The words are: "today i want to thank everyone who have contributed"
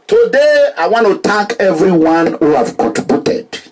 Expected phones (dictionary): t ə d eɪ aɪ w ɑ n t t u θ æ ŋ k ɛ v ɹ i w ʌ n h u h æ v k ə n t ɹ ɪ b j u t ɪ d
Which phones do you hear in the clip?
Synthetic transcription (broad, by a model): t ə d eɪ aɪ w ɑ n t t u t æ k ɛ v ɹ i w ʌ n h u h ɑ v k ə n t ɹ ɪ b j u t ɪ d